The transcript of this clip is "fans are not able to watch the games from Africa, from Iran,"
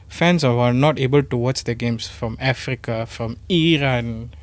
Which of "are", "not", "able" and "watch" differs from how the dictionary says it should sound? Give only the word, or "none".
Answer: are